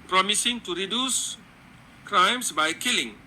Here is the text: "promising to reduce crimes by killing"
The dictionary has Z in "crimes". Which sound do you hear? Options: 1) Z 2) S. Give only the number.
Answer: 2